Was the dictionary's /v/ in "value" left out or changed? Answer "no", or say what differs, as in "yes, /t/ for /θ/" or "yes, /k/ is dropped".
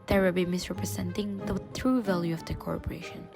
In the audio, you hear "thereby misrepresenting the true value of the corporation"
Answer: no